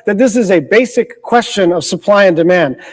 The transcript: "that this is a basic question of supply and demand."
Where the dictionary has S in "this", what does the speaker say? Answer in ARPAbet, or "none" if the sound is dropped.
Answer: S